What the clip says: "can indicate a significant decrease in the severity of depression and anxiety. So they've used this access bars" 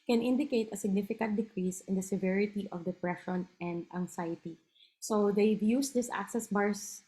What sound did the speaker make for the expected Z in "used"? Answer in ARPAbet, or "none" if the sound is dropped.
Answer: S